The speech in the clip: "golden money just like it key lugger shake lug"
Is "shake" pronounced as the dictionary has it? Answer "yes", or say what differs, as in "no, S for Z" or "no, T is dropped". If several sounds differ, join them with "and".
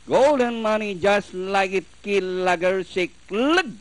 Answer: no, S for SH